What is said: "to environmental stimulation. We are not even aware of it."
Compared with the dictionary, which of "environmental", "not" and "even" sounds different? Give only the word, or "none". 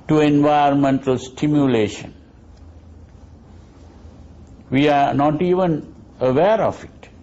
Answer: environmental